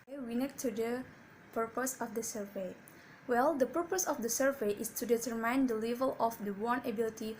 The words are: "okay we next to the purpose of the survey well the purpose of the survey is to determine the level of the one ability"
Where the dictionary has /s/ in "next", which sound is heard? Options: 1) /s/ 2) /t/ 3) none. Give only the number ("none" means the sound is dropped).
3